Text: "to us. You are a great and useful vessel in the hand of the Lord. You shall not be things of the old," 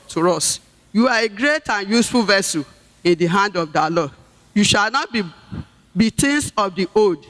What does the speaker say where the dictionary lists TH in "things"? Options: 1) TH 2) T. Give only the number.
2